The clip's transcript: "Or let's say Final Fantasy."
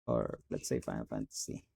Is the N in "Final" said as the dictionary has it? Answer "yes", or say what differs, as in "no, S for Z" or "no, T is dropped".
no, N is dropped